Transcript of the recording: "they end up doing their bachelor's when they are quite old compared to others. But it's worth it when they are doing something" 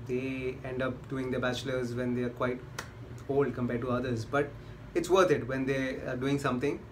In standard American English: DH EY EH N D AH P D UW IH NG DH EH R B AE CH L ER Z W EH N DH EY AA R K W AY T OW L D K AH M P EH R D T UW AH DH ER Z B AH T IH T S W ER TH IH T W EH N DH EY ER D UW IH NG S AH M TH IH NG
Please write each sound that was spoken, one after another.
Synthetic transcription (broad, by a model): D EY EH N D AH P D UW IH NG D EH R B AE CH L ER Z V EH N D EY AA R K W AY T OW L D K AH M P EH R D T UW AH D ER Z B AH T IH T S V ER T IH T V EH N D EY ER D UW IH NG S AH M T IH NG